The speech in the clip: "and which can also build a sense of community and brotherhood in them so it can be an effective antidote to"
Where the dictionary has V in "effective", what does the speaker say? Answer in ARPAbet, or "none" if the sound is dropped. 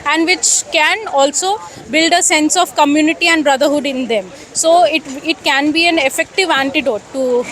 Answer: V